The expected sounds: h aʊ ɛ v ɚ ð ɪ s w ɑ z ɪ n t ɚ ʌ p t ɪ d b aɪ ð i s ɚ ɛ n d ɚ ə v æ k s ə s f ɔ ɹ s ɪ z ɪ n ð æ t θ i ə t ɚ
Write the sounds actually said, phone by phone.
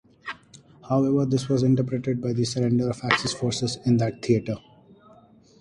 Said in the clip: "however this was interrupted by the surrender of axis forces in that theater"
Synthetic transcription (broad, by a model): h aʊ ɛ v ɚ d ɪ s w ɑ z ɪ n t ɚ p t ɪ d b aɪ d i s ɚ ɛ n d ɚ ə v æ k s ə s f ɔ ɹ s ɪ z ɪ n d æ t t i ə t ɚ